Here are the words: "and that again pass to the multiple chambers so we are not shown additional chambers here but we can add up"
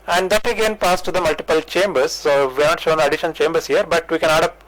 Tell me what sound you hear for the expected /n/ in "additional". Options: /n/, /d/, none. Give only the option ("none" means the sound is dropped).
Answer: none